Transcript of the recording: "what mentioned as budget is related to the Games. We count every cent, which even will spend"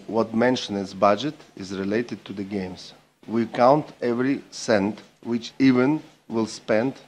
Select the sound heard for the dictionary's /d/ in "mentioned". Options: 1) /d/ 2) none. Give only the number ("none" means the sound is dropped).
2